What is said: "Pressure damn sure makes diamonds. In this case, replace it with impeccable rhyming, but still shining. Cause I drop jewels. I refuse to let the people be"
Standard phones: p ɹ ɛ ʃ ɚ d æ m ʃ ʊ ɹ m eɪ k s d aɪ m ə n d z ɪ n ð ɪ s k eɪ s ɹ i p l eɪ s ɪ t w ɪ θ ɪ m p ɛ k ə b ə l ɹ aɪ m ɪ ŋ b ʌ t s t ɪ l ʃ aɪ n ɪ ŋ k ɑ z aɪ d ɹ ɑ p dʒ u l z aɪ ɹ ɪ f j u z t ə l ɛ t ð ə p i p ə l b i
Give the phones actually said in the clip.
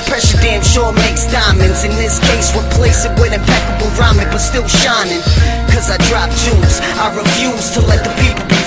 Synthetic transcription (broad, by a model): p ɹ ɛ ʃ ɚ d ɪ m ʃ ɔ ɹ m eɪ k s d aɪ m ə n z ɪ n ð ɪ s k eɪ s w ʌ p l eɪ s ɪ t w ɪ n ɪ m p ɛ k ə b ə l ɹ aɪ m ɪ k b ʌ t s t ɪ l ʃ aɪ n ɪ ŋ k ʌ z aɪ d ɹ ɑ p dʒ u z aɪ ɹ ɪ f j u z t ə l ɛ t ð ə p i p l